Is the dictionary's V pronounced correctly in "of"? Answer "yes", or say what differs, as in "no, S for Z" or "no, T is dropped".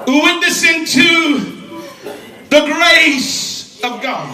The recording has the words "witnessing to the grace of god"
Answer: yes